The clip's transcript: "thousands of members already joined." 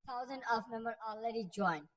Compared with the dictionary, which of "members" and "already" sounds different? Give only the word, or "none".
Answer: members